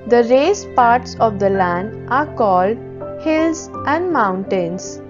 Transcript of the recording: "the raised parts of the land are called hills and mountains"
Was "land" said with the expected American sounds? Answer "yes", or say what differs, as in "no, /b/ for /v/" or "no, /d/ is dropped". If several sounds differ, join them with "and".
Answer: yes